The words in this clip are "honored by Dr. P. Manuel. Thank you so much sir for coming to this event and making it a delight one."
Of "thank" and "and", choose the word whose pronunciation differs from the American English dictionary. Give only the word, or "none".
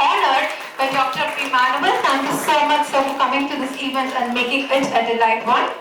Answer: thank